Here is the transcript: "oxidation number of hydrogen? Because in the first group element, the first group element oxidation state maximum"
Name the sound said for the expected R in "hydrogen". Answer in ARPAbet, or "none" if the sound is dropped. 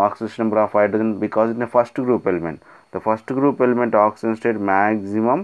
none